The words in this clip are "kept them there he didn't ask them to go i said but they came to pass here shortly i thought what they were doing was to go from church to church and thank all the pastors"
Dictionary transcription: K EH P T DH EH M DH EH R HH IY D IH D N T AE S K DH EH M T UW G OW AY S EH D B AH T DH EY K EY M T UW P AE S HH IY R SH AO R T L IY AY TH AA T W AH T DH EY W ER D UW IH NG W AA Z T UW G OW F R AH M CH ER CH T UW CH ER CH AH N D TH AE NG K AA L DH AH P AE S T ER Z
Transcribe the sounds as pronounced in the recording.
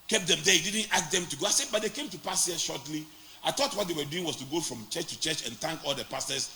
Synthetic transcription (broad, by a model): K EH P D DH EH M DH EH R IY D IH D N T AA K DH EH M T UW G OW AY S EH D B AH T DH EY K EY M T UW P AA S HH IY SH AO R T L IY AY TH AA T W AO T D EY W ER D UW IH NG W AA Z T UW G OW F R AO M CH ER CH T UW CH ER CH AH N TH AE NG K AA L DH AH P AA S T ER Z